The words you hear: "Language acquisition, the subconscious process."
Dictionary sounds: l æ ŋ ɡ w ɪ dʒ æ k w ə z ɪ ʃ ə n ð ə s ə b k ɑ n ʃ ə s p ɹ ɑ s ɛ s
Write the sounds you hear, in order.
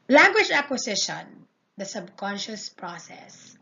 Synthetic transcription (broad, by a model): l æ ŋ ɡ w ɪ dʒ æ k w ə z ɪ ʃ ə n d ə s ə b k ɑ n ʃ ə s p ɹ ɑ s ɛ s